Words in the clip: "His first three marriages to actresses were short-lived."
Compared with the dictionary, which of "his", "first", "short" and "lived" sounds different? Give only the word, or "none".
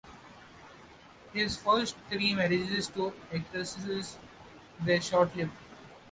lived